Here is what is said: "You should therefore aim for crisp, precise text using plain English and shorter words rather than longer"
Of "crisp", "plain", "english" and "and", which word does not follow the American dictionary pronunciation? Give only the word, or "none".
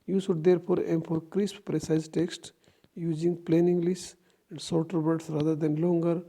english